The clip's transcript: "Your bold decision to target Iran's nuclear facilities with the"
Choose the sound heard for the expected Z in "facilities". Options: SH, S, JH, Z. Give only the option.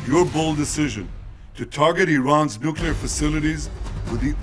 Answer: Z